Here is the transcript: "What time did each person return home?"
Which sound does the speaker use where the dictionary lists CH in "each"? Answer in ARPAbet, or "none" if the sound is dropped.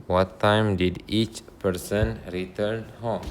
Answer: CH